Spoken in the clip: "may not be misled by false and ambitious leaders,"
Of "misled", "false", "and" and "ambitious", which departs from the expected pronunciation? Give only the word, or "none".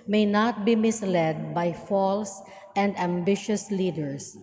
none